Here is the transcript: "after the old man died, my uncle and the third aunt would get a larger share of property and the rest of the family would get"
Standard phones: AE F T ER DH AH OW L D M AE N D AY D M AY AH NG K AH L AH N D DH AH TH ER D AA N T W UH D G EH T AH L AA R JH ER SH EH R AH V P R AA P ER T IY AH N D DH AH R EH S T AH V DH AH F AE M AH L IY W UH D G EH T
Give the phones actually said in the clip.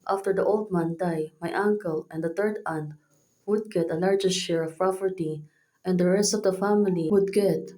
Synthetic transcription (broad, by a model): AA F T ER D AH OW L D M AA N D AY M AY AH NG K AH L AH N D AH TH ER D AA N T W UH D G EH T AH L AA R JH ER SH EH R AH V P R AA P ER T IY AH N D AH R EH S T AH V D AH F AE M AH L IY W UH D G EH T